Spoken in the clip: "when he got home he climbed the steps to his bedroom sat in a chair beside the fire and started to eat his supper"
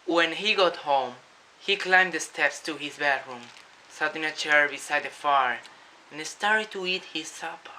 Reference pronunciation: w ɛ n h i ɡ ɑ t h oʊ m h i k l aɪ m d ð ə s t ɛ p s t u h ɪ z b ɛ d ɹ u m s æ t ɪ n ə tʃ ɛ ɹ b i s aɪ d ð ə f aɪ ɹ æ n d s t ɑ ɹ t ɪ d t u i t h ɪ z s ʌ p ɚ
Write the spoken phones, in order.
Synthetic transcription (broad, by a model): w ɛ n h i ɡ ɑ t h oʊ m h i k l aɪ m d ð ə s t ɛ p s t u h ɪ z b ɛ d ɹ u m s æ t ɪ n ə tʃ ɛ ɹ b i s aɪ d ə f aɪ ɹ n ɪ s t ɑ ɹ t ɪ d t u i t h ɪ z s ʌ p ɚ